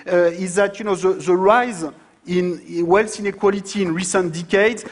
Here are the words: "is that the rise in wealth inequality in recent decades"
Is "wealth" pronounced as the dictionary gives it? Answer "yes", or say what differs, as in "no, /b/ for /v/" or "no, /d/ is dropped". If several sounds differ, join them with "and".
no, /s/ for /θ/